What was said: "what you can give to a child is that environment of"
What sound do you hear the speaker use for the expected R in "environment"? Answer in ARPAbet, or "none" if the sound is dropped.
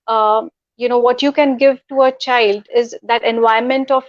none